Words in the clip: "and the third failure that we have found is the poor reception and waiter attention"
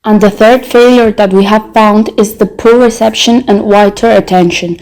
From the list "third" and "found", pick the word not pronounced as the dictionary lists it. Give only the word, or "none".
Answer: none